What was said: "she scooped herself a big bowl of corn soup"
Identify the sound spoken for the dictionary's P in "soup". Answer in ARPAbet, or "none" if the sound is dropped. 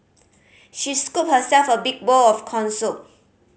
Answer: none